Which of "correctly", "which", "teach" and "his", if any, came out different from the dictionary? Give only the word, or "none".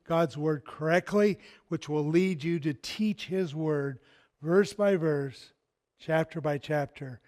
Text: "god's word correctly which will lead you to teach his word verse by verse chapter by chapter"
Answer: none